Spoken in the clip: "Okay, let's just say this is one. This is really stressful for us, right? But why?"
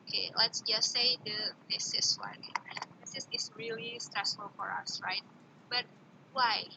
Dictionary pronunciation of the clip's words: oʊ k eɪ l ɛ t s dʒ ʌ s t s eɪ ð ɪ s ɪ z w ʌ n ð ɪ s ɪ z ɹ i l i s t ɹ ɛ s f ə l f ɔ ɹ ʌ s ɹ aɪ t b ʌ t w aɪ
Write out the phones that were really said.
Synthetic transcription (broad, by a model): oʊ k eɪ l ɛ t s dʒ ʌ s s eɪ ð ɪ s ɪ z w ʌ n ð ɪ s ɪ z ɹ i l i s t ɹ ɛ s f ə l f ɔ ɹ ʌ s ɹ aɪ t b ʌ t w aɪ